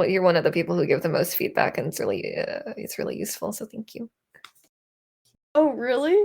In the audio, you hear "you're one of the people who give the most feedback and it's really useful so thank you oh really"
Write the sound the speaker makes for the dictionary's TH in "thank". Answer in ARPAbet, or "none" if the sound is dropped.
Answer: TH